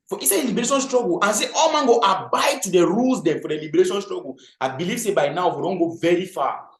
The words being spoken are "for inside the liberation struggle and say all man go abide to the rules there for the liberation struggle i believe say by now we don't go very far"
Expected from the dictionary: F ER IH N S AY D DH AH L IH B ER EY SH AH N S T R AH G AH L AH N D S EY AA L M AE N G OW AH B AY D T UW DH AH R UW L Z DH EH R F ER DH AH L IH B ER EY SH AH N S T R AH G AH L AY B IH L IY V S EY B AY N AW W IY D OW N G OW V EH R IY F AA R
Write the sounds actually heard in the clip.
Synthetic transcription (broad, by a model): F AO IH S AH L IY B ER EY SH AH N S T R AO G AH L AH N S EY AA L M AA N G OW AH B AY D T UW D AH R UW L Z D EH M F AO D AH L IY B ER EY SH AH N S T R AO G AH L AY B IH L IY V S EY B AY N AW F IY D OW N G OW V EH R IY F AA